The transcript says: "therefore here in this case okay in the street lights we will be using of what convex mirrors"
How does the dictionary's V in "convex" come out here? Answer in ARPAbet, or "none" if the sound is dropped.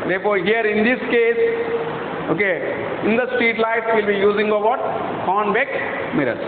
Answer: B